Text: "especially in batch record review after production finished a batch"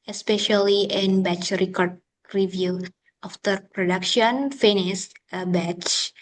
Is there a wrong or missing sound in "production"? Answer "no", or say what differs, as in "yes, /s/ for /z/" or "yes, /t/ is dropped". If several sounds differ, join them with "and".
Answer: no